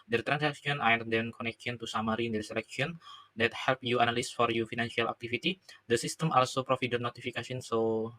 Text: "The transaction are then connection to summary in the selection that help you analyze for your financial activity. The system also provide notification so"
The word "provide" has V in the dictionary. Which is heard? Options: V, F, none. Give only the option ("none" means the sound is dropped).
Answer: F